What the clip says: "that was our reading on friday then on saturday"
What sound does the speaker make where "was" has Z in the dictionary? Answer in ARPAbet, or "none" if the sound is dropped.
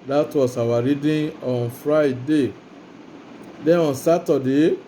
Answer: S